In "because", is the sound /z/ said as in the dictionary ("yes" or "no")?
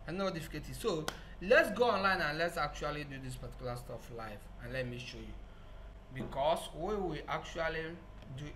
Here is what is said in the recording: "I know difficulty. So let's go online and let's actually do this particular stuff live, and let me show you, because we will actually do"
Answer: no